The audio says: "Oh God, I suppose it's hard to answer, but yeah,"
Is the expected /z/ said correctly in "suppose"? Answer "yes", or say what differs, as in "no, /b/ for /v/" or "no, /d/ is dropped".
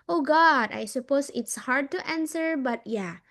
no, /s/ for /z/